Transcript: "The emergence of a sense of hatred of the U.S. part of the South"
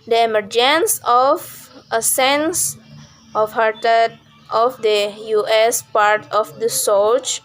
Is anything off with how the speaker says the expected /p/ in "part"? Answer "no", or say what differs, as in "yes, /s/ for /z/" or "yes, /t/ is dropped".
no